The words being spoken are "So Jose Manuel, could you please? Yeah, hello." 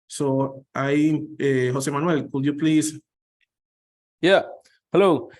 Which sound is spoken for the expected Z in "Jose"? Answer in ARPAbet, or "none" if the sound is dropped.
S